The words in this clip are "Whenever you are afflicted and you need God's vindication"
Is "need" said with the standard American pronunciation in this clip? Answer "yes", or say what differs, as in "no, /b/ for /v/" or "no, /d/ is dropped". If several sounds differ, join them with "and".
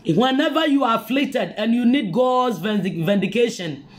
yes